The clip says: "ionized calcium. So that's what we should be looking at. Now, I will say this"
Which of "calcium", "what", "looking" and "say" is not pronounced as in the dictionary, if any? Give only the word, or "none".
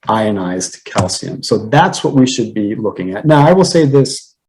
none